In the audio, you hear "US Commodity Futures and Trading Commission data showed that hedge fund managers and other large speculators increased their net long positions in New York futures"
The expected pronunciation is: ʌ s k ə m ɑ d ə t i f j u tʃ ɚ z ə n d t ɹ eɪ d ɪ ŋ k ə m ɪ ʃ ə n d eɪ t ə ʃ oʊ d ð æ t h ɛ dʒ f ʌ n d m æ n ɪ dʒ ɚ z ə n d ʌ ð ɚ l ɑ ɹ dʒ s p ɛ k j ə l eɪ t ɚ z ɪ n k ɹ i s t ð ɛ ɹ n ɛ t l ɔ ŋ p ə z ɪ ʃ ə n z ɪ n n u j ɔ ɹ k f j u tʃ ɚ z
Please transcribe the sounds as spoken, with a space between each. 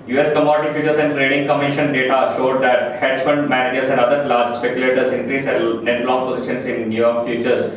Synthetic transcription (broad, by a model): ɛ s k ə m ɑ d ə t i f j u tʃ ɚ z ə n d t ɹ eɪ d ɪ ŋ k ə m ɪ ʃ ə n d eɪ t ə ʃ oʊ d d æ t h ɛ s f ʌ n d m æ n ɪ dʒ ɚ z ə n d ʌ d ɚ l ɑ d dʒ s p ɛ k j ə l eɪ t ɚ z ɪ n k ɹ i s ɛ n ɛ t l ɔ ŋ p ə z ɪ ʃ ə n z ɪ n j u j ɔ ɹ k f j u tʃ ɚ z